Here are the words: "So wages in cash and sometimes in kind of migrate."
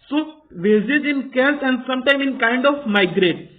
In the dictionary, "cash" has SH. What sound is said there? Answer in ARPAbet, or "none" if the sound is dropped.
S